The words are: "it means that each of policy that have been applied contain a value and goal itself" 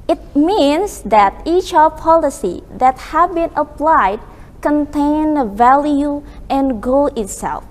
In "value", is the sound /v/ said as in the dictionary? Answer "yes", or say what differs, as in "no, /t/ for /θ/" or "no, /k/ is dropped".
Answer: yes